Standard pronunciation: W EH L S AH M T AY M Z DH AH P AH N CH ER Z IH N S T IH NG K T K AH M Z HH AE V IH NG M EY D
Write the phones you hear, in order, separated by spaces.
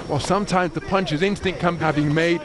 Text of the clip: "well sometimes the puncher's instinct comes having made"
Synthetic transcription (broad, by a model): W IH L S AH M T AY M Z DH AH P AH N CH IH Z IH N S T IH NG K K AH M HH AE V IH NG M EY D